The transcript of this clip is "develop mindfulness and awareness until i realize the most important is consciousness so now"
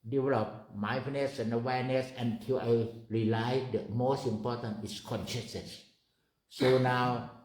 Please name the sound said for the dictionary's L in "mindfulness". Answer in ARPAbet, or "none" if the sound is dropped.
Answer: none